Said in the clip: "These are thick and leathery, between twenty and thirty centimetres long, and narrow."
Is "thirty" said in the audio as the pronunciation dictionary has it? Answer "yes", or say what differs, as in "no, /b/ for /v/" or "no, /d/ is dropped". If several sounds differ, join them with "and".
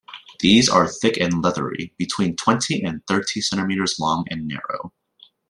yes